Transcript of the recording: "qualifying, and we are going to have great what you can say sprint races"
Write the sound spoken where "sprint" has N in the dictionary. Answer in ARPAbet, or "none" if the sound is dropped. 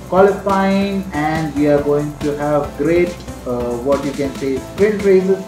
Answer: none